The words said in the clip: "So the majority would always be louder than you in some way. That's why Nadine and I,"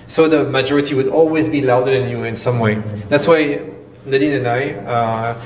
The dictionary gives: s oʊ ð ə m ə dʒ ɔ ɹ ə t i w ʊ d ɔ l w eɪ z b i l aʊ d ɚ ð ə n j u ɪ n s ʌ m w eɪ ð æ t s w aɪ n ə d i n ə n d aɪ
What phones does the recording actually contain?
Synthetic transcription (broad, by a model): s oʊ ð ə m ə dʒ ɔ ɹ ə t i w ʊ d ɔ l w eɪ z b i l aʊ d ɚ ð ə n j u ɪ n s ʌ m w eɪ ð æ t s w aɪ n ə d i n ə n aɪ